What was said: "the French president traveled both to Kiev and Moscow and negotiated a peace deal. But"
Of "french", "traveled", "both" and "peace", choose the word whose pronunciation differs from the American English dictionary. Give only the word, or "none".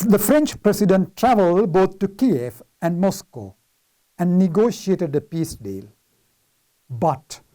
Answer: both